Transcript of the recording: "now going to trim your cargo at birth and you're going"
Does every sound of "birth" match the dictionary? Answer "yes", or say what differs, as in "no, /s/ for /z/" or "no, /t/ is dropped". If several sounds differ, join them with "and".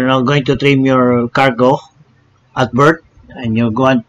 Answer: no, /t/ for /θ/